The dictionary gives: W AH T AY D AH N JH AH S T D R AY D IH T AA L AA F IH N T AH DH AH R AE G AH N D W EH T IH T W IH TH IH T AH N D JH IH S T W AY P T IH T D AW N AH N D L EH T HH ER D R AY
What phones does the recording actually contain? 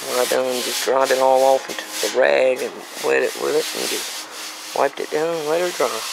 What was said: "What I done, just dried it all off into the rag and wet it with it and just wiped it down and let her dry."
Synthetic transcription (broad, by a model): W AY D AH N JH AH S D R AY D IH T AA L AA F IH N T DH AH R AE G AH N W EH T IH T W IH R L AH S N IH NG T W AY P T IH T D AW AH N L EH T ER D R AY